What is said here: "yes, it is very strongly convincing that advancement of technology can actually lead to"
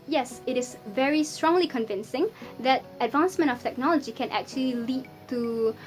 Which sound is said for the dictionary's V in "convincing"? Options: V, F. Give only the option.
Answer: V